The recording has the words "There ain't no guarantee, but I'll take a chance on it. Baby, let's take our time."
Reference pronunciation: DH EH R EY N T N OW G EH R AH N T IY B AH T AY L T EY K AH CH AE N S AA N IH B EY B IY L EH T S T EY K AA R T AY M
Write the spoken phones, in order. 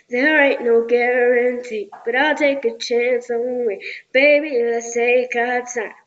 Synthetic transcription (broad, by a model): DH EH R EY T N OW G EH R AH N T IY B AH T AY L T EY K AH CH AE N S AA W IH B EY B IY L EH S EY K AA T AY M